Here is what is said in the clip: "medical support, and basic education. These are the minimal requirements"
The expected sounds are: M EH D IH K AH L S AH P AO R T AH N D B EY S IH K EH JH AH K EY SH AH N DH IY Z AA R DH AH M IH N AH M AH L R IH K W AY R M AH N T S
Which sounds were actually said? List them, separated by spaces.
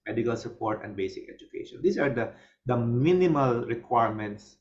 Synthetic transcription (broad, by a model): M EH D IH K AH L S AH P AO R T AH N D B EY S IH K EH JH AH K EY SH AH N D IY S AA R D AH M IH N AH M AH L R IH K W AY R M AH N T S